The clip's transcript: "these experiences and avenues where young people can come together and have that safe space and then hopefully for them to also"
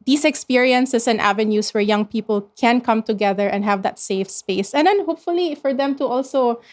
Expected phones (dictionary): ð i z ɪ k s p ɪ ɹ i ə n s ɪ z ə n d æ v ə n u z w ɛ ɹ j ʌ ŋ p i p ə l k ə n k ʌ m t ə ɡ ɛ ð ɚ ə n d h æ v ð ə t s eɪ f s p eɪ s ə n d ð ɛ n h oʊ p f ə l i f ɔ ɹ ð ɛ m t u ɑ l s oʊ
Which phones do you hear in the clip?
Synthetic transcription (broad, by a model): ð i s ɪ k s p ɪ ɹ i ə n s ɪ s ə n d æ v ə n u s w ɛ ɹ j ʌ ŋ p i p ə l k ə n k ʌ m t ə ɡ ɛ ð ɚ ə n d h æ v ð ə t s eɪ f s p eɪ s ə n d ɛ n h oʊ p f ə l i f ɔ ɹ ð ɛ m t u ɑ l s oʊ